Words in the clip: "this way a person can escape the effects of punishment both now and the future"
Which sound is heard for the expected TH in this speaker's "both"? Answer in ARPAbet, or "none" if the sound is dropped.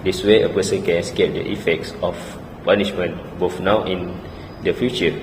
F